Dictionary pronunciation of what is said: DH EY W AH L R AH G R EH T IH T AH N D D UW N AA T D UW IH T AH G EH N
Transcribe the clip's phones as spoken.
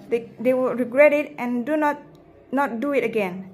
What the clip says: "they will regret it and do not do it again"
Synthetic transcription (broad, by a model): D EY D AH W R AH G R EH T IH T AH N D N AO N AA T D UW IH T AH G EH N